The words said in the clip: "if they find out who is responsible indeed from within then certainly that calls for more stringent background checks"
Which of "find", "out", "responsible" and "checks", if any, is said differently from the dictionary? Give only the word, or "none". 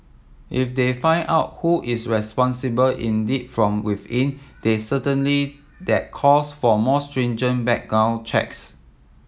find